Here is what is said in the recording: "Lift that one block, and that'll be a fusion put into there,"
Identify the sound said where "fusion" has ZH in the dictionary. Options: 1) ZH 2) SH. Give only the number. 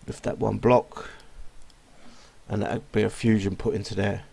1